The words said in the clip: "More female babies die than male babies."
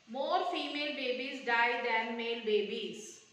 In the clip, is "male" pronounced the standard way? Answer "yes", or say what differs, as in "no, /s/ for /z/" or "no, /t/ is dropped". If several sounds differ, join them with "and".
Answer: yes